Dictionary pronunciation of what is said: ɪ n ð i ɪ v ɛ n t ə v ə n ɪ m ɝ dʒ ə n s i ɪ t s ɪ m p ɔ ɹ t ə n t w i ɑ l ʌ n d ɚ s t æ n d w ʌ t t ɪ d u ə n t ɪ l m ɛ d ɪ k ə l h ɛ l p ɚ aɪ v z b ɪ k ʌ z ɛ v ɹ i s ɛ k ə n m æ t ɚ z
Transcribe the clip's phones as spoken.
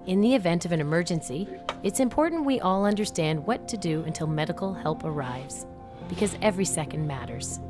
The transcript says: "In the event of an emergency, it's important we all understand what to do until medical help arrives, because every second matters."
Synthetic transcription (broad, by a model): ɪ n ð i ɪ v ɛ n t ə v ə n ɪ m ɝ dʒ ə n s i ɪ t s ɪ m p ɔ ɹ t n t w i ɑ l ʌ n d ɚ s t æ n d w ʌ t t ɪ d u ə n t ɪ l m ɛ d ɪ k l h ɛ l p ɚ aɪ v z b ɪ k ʌ z ɛ v ɹ i s ɛ k n m æ t ɚ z